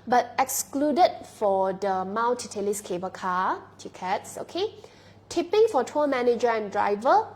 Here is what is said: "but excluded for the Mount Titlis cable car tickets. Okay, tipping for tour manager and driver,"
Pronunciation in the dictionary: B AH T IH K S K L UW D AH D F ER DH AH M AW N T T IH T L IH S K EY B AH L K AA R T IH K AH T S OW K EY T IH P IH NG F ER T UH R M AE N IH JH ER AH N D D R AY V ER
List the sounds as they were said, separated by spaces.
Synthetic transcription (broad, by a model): B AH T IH K S K L UW D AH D F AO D AH M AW L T T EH L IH S K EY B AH K AA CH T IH K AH T S OW K EY T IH P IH NG F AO T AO M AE N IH JH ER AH N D D R AY V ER